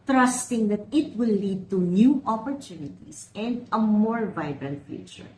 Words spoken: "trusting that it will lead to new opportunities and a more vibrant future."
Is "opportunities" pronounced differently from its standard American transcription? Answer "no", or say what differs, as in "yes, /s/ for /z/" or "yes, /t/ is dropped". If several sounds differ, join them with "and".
yes, /s/ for /z/